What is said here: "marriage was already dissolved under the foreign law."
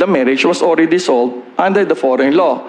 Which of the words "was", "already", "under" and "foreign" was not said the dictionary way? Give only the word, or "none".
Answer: was